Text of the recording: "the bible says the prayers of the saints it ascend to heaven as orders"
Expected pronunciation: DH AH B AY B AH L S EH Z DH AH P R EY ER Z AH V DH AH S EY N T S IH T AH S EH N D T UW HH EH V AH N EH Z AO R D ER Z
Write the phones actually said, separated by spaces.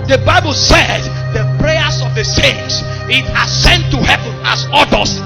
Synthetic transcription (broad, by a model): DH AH B AY B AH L S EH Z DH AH P R EY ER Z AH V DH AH S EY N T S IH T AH S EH N T UW HH EH V AH N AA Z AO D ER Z